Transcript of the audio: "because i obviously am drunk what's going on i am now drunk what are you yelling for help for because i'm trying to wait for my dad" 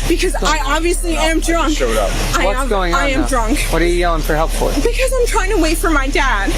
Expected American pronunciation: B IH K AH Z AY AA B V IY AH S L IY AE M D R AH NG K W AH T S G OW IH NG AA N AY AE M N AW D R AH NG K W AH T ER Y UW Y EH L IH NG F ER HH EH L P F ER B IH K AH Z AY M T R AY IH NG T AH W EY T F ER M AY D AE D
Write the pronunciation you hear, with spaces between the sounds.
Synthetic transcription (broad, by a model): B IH K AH Z AY AA B V IY AH S L IY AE M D R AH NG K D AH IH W G OW IH NG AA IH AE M D R AH NG K W AH T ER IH IH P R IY HH EH L P F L B IH K AH Z AY M T R AY IH NG T AH W EY T F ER M AY D AE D